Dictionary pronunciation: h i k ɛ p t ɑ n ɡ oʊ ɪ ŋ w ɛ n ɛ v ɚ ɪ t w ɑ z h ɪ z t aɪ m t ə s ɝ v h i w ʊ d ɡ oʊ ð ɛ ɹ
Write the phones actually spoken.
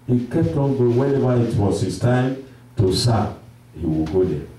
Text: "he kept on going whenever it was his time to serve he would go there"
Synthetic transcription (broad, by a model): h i k ɛ p t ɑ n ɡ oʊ w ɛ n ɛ v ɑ ɪ t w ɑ s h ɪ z t aɪ m t ə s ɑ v h i w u ɡ oʊ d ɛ